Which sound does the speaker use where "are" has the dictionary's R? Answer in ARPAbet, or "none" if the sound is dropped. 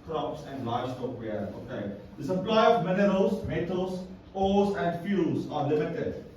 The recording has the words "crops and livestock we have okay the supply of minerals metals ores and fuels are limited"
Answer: R